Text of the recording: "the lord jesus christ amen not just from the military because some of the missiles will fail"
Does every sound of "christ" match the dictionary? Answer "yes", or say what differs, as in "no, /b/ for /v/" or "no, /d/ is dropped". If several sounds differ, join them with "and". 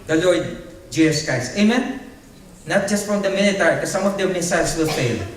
no, /ɹ/ is dropped and /t/ is dropped